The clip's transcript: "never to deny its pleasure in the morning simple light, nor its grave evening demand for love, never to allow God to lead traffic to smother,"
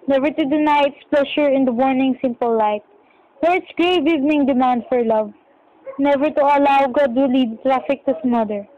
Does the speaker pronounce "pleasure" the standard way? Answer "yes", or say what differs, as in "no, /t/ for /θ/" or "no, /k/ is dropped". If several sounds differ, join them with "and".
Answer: no, /ʃ/ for /ʒ/